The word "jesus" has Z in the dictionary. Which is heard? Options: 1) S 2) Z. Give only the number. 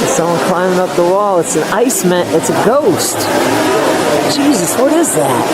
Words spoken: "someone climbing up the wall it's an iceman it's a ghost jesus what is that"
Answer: 2